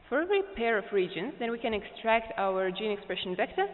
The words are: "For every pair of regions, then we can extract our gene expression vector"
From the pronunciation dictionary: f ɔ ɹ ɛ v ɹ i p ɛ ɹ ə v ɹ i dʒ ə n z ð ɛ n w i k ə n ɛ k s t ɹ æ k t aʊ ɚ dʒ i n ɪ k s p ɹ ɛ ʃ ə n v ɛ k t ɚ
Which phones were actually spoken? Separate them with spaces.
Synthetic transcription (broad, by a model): f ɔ ɹ ɛ v ɹ i p ɛ ɹ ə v ɹ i dʒ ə n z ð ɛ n w i k ə n ɛ k s t ɹ æ k t aʊ ɚ dʒ i n ɪ k s p ɹ ɛ ʃ ə n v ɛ k t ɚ